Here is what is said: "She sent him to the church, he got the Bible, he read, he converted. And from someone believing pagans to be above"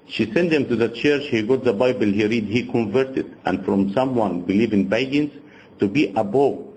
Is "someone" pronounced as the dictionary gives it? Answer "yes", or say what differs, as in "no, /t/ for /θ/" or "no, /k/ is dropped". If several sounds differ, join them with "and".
yes